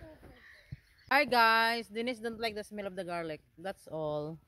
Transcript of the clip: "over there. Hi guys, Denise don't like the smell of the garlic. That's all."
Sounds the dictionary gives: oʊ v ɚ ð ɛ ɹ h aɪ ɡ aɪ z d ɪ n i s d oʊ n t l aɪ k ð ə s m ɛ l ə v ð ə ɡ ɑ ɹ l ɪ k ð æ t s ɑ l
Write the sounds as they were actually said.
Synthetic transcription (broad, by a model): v aɪ ɡ aɪ s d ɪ n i s d oʊ n t l aɪ k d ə s m ɛ l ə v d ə ɡ ɑ ɹ l ɪ k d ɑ t s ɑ l